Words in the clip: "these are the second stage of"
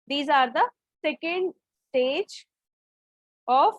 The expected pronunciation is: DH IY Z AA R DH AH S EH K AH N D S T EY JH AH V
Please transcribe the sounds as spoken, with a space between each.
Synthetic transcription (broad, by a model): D IY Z AA R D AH S EH K AH N D S T EY JH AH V